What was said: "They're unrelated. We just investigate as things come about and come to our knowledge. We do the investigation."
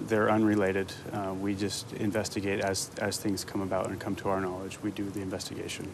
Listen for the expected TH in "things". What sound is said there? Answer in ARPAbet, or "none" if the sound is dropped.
TH